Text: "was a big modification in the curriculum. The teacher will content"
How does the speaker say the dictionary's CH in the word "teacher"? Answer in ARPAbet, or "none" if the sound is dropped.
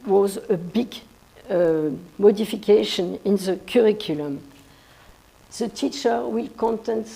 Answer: CH